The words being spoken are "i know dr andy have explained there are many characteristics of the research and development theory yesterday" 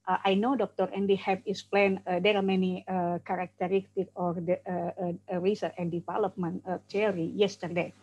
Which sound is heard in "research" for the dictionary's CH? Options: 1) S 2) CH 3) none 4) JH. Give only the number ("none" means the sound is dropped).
3